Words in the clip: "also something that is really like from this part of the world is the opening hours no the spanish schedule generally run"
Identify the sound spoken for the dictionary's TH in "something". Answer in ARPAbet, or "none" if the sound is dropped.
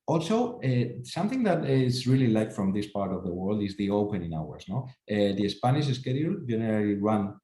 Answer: TH